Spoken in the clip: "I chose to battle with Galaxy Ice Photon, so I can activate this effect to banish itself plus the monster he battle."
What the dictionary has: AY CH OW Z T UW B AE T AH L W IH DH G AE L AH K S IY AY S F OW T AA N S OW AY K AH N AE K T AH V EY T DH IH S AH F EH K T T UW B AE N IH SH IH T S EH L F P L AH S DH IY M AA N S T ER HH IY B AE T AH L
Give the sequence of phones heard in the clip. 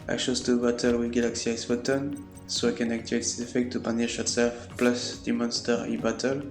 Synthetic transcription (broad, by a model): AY SH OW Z T UW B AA T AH L W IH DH G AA L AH K S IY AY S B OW T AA N S OW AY K AH N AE K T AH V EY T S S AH F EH K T T UW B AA N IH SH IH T S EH L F P L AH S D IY M AA N S T ER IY B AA T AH L